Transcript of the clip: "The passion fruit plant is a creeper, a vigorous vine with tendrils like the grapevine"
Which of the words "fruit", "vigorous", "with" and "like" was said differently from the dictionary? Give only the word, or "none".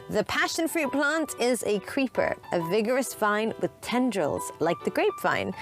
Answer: none